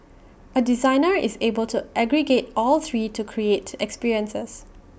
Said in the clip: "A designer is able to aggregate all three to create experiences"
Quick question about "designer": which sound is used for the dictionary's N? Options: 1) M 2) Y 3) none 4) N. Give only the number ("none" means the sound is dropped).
4